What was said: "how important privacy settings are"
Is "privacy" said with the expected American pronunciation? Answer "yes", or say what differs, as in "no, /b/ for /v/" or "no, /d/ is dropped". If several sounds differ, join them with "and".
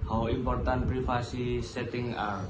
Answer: no, /f/ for /v/